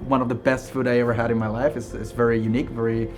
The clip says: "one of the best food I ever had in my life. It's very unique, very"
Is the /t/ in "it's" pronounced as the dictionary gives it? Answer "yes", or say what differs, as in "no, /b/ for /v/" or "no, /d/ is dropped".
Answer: yes